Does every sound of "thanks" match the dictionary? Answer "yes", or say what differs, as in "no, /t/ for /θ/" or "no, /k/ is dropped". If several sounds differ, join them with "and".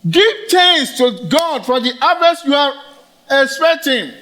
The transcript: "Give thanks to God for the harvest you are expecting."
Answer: no, /k/ is dropped